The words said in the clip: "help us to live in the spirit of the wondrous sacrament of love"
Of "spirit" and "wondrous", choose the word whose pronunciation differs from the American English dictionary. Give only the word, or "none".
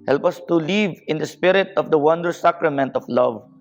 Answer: wondrous